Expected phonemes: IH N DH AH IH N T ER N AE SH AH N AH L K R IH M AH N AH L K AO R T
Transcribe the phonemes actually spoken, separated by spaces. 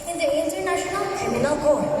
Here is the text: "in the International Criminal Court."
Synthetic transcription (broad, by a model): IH N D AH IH N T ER N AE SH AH N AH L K IH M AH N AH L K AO